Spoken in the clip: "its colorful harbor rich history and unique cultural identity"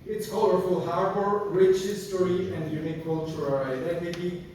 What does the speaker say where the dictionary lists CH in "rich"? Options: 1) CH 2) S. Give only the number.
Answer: 1